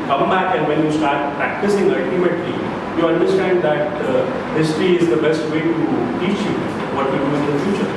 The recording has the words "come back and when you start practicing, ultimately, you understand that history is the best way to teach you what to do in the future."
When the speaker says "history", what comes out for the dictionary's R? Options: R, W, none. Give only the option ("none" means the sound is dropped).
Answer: R